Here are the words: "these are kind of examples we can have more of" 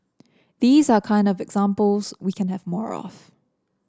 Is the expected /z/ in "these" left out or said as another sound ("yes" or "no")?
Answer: no